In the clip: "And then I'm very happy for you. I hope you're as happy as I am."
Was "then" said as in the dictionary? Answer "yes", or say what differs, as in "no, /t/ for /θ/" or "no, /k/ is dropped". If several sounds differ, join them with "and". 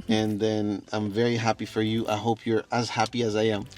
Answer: yes